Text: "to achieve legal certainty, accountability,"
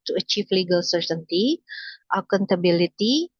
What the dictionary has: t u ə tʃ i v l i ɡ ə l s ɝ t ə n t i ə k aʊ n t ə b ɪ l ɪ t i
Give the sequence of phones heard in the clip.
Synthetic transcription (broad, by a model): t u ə tʃ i f l i ɡ ə l s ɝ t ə n t i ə k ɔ n t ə b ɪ l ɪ t i